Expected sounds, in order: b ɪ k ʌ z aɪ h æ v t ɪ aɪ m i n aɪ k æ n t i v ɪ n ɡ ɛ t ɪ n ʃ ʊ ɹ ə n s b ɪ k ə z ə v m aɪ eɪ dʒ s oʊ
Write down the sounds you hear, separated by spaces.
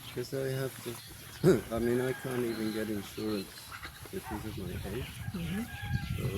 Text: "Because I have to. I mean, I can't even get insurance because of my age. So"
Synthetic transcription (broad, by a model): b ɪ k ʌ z aɪ h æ f t ɪ aɪ m i n aɪ k æ n t i v ɪ n ɡ ɛ t ɪ n ʃ ʊ ɹ ə n s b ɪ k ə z ə v m aɪ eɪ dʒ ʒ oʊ